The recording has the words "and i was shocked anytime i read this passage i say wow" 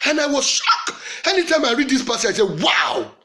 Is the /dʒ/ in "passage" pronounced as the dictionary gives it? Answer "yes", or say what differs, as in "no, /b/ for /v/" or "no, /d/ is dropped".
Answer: no, /dʒ/ is dropped